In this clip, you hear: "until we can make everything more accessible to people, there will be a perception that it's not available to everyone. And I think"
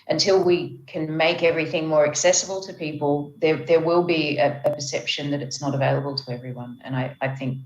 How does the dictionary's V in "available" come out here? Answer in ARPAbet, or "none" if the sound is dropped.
V